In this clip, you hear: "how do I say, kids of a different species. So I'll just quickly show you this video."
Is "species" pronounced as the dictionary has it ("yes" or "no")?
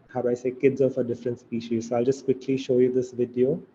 yes